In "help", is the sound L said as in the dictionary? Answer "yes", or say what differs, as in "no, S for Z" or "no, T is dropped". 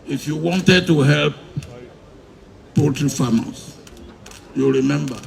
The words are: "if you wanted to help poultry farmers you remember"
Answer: yes